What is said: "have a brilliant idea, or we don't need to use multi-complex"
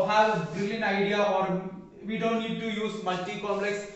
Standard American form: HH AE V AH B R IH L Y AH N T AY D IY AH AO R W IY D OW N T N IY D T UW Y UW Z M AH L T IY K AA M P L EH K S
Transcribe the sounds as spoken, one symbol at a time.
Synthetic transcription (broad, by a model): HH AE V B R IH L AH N AY D IY AH AO R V IY D OW N T N IY D T UW Y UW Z M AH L T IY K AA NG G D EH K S